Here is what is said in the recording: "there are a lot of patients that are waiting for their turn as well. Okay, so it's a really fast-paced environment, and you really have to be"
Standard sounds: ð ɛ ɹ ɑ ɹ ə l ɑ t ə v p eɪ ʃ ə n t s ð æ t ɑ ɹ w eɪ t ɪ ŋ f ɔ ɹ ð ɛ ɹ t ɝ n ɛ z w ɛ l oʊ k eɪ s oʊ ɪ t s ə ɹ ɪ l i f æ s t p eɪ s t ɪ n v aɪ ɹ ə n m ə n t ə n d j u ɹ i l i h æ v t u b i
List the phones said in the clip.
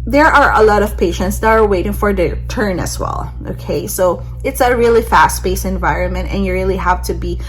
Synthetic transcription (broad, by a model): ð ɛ ɹ ɑ ɹ ə l ɑ t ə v p eɪ ʃ ə n t s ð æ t ɑ ɹ w eɪ t ɪ ŋ f ɔ ɹ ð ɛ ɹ t ɝ n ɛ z w ɛ l oʊ k eɪ s oʊ ɪ t s ə ɹ ɪ l i f æ s t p eɪ s ɪ n v aɪ ɹ ə n m ə n t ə n j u ɹ i l i h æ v t u b i